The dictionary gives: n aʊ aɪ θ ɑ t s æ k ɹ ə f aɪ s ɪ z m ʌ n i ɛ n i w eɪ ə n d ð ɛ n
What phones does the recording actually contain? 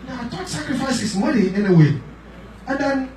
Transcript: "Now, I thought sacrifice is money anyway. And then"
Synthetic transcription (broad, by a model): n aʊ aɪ t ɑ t s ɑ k ɹ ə f aɪ s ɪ s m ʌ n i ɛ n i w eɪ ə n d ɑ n